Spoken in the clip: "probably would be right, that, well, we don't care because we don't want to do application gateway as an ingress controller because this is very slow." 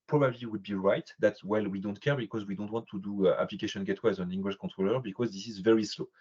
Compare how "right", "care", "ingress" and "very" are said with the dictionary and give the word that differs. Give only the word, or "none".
ingress